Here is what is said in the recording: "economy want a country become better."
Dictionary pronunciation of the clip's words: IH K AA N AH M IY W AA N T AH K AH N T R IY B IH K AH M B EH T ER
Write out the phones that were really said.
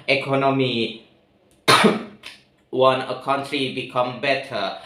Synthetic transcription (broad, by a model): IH K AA N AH M IY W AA N AH K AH N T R IY B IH K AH M B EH T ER